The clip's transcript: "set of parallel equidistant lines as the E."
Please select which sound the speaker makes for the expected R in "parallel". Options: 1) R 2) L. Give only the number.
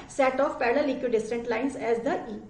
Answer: 2